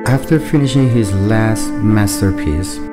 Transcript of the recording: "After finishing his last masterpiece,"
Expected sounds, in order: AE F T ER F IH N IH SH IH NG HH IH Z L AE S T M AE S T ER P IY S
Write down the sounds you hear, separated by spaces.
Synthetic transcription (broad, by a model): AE F T ER F IH N IH SH IH NG HH IH Z L AE S T M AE S T ER P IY S